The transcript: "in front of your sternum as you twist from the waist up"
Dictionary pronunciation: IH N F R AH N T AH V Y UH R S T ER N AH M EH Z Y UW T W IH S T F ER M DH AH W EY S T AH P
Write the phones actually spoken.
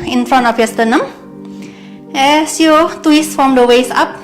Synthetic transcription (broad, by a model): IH N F R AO N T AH F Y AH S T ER N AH M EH S Y UW T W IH S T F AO M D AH W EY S AA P